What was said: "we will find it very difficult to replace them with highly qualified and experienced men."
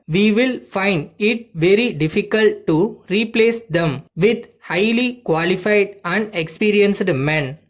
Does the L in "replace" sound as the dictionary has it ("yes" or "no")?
yes